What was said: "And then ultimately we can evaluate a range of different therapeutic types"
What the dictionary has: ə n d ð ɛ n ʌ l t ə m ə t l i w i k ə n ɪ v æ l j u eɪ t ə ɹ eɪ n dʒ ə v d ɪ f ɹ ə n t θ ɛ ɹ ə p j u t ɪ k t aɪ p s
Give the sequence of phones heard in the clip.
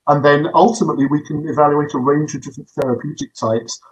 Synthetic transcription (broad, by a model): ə n ð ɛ n ʌ l t ə m ə t l i w i k ə n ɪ v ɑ l j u eɪ t ə ɹ eɪ n dʒ ə v d ɪ f ɹ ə n θ ɛ ɹ ə p j u t ɪ k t aɪ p s